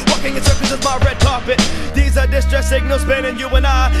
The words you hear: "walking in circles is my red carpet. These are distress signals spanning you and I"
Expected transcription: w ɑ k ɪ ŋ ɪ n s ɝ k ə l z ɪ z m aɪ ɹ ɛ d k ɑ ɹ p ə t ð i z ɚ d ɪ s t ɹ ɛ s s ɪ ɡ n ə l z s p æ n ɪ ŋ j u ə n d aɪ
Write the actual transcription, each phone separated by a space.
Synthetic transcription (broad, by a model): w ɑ k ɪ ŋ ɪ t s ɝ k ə z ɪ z m aɪ ɹ ɛ d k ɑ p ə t ð i z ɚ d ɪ s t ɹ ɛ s s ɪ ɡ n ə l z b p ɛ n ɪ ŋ j u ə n aɪ